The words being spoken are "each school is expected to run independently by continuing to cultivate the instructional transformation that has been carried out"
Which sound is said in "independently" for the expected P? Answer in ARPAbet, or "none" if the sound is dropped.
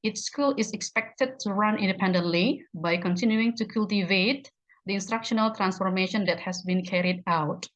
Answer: P